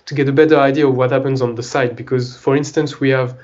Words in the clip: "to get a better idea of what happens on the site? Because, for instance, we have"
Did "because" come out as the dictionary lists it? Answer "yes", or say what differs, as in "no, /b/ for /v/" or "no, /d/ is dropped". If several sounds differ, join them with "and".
yes